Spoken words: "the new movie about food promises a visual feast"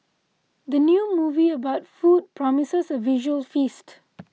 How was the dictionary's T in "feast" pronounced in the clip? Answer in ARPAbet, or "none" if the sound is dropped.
T